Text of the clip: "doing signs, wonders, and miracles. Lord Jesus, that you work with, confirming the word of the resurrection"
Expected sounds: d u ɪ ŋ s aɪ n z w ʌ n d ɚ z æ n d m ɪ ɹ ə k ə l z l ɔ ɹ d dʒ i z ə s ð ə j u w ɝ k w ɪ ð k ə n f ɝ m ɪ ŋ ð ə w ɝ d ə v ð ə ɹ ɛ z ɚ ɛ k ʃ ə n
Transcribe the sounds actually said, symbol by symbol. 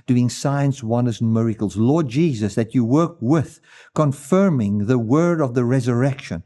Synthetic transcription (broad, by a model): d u ɪ ŋ s aɪ n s w ʌ n d ɚ z n m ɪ ɹ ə k l z l ɔ ɹ d dʒ i z ə s ð ə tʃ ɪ w ɝ k w ɪ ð k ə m f ɝ m ɪ ŋ ð ə w ɝ d ə v ð ə ɹ ɛ z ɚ ɛ k ʃ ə n